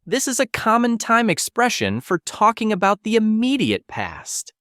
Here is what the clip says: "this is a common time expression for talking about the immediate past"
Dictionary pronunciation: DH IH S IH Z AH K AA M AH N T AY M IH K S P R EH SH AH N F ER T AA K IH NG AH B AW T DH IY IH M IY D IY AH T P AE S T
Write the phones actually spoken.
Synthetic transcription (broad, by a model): DH IH S IH Z AH K AA M AH N T AY M IH K S P R EH SH AH N F ER T AA K IH NG AH B AW T DH IY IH M IY D IY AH T P AE S T